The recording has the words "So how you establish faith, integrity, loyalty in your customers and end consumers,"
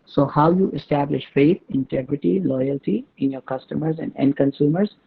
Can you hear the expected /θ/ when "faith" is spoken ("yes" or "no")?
no